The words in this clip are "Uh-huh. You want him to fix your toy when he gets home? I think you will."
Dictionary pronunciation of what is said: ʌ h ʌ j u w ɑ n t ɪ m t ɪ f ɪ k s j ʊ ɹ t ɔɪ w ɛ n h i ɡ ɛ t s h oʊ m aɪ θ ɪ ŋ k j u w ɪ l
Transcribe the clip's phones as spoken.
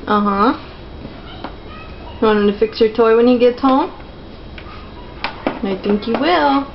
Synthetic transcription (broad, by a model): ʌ h ʌ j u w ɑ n ɪ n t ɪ f ɪ k s j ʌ ɹ t ɔɪ w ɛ n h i ɡ ɛ t s h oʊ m aɪ θ ɪ ŋ k j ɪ w ɪ l